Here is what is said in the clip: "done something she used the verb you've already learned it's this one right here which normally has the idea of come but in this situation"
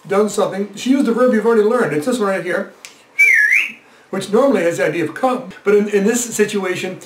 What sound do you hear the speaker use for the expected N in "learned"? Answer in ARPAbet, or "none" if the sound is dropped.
N